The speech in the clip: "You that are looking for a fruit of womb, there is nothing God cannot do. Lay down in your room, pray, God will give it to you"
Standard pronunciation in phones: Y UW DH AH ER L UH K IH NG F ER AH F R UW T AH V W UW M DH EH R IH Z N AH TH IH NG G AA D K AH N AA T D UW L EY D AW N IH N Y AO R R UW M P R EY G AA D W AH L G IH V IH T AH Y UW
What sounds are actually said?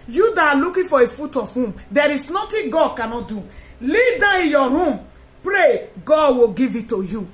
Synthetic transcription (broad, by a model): Y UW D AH L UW K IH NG F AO AH F UW T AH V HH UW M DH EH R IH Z N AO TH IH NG G AA D K AH N AA T D UW L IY D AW IH Y AO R R UW M P R EY G AA D W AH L G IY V IH T AH Y UW